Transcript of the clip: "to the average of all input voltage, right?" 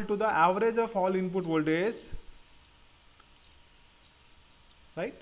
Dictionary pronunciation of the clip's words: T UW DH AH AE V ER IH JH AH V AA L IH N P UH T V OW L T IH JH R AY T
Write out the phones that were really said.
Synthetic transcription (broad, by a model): T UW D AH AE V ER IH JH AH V AA L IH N P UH T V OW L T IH Z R AY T